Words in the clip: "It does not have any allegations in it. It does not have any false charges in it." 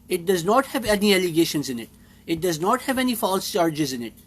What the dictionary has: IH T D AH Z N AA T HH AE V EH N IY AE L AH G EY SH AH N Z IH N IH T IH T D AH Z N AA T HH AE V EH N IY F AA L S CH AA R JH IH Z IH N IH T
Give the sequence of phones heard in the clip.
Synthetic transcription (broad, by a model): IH T D AH Z N AA T HH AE V EH N IY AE L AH G EY SH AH N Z IH N IH T IH T D AH Z N AA T HH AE V EH N IY F AA L S CH AA R JH IH Z IH N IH T